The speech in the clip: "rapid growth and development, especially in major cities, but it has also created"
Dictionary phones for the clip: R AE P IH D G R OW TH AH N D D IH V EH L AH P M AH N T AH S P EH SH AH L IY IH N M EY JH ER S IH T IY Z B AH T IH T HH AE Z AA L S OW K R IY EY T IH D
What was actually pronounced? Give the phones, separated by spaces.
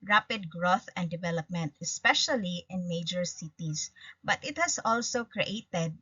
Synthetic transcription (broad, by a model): R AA P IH D G R OW TH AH N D D IH V EH L AH P M AH N T AH S P EH SH AH L IY IH N M EY JH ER S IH T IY S B AH T IH T HH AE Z AA L S OW K R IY EY T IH D